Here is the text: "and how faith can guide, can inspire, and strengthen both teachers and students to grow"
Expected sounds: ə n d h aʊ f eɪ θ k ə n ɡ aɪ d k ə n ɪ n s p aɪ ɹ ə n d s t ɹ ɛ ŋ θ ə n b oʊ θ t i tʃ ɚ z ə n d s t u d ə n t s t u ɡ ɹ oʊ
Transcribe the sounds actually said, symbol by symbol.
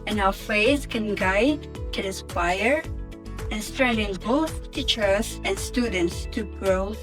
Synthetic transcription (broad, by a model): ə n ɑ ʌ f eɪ s k ə n ɡ aɪ d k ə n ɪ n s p aɪ ɹ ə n s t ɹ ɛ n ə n b oʊ θ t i tʃ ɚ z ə n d s t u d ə n t s t u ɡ ɹ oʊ